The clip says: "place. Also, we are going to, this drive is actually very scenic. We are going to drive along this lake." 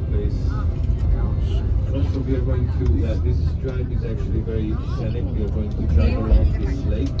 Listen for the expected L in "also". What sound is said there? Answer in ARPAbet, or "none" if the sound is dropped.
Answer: N